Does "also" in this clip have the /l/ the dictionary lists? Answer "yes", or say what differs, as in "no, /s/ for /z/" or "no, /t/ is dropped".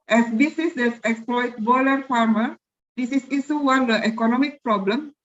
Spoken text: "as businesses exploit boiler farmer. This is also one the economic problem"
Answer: no, /l/ is dropped